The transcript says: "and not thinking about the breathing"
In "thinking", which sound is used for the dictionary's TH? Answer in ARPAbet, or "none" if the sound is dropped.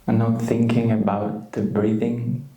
TH